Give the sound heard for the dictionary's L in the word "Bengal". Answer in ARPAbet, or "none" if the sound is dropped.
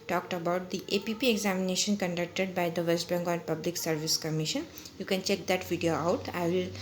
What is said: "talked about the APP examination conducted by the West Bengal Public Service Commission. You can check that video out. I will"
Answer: N